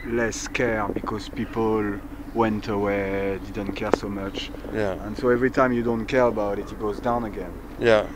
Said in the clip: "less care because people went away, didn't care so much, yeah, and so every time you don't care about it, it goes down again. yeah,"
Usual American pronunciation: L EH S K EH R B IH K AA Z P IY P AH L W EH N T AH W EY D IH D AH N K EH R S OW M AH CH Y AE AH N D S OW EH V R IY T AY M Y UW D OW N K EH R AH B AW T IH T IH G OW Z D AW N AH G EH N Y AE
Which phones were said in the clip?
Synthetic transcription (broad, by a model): L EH S K EH R B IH K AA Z P IY P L L W EH N T AH W EY D IH D AH N K EH R S OW M AH CH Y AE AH N S OW EH V R IY T AY M Y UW D OW N K EH R AH B AW T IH T IH G OW Z D AW N AH G EH N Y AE